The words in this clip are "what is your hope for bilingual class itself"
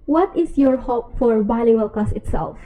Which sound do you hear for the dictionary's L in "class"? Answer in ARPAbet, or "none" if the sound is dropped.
none